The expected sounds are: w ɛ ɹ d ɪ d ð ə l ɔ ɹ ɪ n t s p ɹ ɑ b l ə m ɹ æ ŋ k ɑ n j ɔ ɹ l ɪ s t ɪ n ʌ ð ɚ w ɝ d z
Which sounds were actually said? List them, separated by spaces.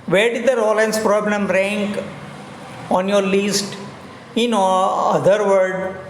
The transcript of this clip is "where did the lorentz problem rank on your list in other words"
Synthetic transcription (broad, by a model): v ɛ ɹ d ɪ d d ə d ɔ l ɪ n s p ɹ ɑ b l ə m ɹ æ ŋ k ɑ n j ɔ ɹ l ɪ s t ɪ n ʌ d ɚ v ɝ d